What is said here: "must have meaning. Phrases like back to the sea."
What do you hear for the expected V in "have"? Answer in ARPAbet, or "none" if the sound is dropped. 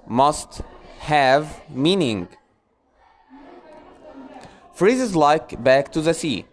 V